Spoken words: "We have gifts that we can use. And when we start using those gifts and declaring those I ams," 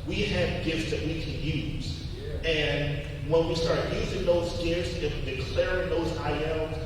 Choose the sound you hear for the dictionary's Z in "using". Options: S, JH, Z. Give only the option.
Z